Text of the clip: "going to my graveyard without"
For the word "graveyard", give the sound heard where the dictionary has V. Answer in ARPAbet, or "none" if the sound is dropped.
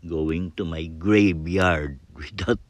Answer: B